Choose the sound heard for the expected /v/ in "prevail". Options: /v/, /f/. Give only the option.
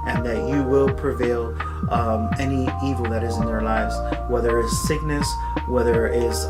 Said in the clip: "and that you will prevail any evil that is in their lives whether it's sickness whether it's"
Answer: /v/